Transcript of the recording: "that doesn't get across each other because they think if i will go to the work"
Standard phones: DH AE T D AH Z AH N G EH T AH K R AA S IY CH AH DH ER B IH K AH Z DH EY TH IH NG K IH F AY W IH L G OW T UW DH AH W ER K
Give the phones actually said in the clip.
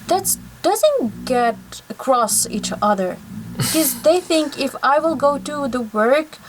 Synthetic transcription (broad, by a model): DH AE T D AH Z AH N G EH T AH K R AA S IY CH AH DH ER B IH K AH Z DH EY TH IH NG K IH F AY W IH L G OW T UW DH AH W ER K